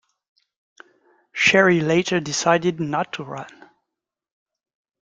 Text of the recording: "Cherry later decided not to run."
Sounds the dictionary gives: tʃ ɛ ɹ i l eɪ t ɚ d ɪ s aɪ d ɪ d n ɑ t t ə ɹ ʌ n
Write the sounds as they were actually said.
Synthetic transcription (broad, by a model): ʃ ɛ ɹ i l eɪ t ɚ d ɪ s aɪ d ɪ d n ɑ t t ə ɹ ʌ n